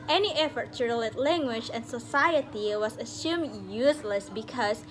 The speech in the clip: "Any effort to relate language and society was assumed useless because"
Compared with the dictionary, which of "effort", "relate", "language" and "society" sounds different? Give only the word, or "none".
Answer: none